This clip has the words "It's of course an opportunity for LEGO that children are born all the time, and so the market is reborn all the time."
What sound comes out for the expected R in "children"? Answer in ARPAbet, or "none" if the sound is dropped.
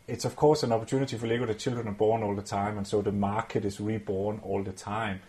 none